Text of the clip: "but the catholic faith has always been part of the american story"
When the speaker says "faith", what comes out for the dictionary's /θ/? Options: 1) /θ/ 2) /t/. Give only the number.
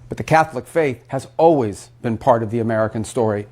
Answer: 1